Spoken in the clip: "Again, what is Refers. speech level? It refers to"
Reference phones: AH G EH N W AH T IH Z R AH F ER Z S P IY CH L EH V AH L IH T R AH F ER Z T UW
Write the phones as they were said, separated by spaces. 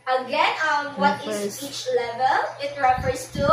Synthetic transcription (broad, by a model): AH G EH N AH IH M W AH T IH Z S IY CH L EH V AH L IH T R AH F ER S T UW